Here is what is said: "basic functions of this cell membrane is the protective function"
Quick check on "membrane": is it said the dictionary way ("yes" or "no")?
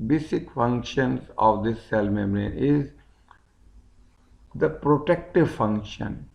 no